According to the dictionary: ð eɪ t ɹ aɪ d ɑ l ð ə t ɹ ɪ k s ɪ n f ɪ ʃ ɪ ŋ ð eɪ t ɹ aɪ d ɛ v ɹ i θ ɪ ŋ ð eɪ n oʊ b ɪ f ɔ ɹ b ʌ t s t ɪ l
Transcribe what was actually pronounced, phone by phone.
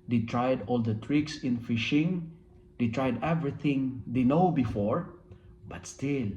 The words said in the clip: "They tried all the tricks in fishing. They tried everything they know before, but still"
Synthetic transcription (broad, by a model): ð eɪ t ɹ aɪ d ɑ l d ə t ɹ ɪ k s ɪ n f ɪ ʃ ɪ ŋ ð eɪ t ɹ aɪ d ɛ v ɹ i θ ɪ ŋ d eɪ n oʊ b ɪ f ɔ ɹ b ʌ t s t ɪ l